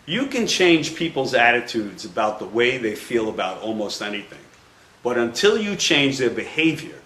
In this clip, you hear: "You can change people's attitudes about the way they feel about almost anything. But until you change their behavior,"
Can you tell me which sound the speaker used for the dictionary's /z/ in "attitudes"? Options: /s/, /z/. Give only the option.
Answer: /z/